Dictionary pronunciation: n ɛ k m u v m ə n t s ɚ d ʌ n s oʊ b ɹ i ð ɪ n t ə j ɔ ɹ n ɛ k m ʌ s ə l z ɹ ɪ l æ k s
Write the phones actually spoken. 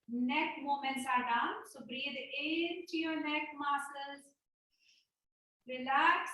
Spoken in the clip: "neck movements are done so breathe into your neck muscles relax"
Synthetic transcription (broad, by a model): n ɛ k m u m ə n t s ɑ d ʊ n s oʊ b ɹ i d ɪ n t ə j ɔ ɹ n ɛ k m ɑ s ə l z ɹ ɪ l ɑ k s